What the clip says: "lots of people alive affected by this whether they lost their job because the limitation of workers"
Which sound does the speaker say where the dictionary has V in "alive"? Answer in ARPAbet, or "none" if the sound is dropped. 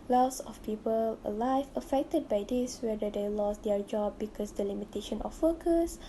F